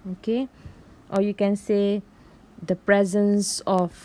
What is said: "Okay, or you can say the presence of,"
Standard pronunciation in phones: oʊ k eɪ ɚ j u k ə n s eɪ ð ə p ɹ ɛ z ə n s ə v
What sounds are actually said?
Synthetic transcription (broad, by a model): oʊ k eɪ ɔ j u k ə n s eɪ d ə p ɹ ɛ z ə n s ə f